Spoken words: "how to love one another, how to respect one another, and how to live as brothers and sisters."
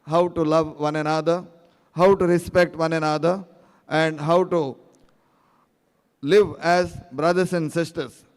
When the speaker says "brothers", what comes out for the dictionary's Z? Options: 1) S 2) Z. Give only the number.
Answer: 1